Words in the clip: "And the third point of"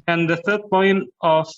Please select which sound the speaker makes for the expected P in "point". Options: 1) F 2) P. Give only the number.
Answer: 2